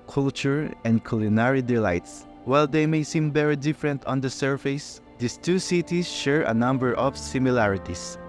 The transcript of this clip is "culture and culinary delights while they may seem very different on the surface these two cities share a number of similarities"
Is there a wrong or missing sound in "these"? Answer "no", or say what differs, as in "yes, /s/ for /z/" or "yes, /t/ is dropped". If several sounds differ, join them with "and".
yes, /s/ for /z/